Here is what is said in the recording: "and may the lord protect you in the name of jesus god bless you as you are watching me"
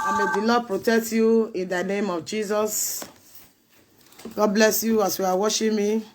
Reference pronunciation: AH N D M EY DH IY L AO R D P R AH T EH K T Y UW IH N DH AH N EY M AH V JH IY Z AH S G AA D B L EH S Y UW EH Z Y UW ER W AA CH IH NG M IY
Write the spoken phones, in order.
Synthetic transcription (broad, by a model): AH M EY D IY L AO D P R AH T EH K T Y UW IH N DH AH N EY M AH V JH IY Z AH S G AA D B L EH S Y UW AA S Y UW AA W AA SH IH M IY